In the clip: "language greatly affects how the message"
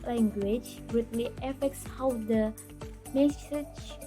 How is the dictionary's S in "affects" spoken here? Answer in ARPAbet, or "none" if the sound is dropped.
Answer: S